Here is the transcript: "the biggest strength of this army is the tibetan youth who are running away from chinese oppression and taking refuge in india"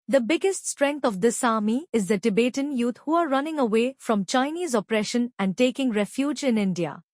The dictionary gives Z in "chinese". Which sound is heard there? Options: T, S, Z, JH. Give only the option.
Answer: Z